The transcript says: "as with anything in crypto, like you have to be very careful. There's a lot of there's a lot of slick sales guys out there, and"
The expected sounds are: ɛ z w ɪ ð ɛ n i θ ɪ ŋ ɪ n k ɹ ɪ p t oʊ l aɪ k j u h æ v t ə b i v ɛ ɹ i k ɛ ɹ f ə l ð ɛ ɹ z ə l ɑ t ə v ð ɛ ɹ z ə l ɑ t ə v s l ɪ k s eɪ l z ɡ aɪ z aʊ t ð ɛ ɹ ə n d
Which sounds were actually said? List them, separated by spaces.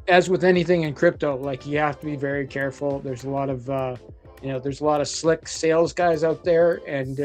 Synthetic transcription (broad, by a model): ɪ z w ɪ ð ɛ n i θ ɪ ŋ ɪ n k ɹ ɪ p t oʊ l aɪ k j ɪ h æ f t ə b i v ɛ ɹ i k ɛ ɹ f l ð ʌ ɹ z ə l ɑ t ə v ð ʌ ɹ z ə l ɑ t ə v s l ɪ k s eɪ l z ɡ aɪ z aʊ t ð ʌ ɹ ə n